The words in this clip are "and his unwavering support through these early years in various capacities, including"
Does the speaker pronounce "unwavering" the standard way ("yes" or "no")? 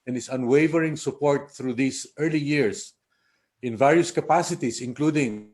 yes